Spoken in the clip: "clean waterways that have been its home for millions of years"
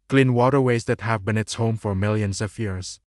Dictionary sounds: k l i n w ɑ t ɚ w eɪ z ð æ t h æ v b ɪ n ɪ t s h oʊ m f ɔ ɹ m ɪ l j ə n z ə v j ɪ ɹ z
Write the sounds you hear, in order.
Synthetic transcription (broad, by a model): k l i n w ɑ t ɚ w eɪ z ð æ t h æ v b ɪ n ɪ t s h oʊ m f ɔ ɹ m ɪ l j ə n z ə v j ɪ ɹ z